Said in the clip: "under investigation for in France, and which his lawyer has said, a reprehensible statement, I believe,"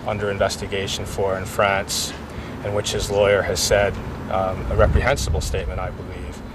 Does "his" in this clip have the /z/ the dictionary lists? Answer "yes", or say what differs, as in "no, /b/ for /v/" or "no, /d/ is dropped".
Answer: yes